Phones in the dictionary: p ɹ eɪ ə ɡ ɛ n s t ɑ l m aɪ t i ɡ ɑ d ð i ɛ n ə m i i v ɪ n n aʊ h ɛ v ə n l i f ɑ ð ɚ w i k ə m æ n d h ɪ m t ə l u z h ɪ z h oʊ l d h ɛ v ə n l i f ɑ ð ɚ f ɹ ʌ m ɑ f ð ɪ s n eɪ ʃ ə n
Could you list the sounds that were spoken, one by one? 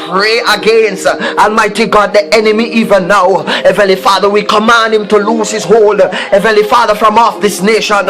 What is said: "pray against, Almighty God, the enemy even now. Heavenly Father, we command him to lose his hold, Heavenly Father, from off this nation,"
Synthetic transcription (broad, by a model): p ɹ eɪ ə ɡ ɛ n s t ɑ n m aɪ t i ɡ ɑ d ð i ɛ n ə m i i v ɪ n n aʊ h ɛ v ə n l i f ɑ ð ɚ w i k ə m æ n d h ɪ m t ə l u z h ɪ z h oʊ l d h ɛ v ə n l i f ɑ ð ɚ f ɹ ʌ m ɑ f ð ɪ s n eɪ ʃ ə n